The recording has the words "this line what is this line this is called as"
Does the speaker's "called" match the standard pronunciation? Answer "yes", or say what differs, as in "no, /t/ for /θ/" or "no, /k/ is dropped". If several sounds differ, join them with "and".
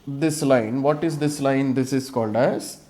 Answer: yes